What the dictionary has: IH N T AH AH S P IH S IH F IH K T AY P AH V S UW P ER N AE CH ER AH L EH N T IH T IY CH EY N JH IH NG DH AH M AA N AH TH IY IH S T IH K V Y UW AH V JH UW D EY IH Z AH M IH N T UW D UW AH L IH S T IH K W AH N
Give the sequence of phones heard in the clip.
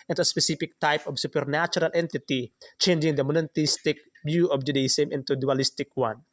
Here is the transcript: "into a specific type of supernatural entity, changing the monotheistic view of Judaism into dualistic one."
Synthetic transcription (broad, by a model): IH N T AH AH S P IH S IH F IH K T AY P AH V S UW P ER N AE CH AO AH L EH N T IH T IY CH EY N JH IH NG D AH M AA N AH T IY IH S T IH K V Y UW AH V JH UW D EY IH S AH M IH N T UW D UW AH L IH S T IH K W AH N